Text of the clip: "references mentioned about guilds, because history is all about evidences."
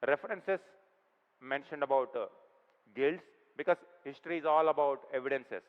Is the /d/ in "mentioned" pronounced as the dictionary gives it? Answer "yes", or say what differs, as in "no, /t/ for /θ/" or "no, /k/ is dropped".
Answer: yes